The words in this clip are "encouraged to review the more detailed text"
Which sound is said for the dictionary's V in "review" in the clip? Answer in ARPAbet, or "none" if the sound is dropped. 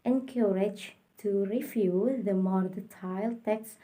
F